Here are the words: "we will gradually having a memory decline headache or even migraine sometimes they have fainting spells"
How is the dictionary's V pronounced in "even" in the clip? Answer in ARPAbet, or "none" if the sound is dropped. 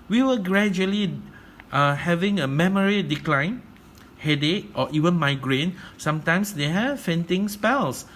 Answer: V